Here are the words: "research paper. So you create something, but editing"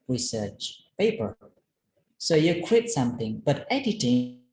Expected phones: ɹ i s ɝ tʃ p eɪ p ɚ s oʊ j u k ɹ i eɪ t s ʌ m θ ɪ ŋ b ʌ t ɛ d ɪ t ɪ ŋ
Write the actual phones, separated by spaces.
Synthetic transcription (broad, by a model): ɹ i s ɝ tʃ p eɪ p ɚ s oʊ j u k w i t s ʌ m θ ɪ ŋ b ʌ t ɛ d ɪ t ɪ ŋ